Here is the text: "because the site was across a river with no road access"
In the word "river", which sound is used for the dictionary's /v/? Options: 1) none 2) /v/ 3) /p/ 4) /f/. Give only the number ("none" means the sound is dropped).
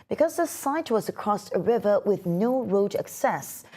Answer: 2